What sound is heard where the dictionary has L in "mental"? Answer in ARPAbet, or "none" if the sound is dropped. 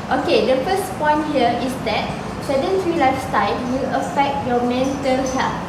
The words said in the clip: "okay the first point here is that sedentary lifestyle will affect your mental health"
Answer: N